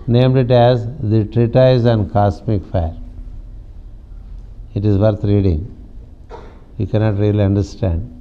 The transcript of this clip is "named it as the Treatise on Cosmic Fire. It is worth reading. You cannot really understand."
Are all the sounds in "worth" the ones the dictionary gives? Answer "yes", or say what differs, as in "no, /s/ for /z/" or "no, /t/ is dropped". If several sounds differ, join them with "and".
no, /t/ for /θ/